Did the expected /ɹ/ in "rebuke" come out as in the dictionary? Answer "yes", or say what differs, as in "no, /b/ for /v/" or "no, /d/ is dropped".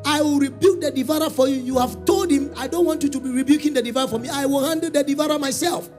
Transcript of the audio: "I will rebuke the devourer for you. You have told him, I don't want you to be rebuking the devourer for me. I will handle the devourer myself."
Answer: yes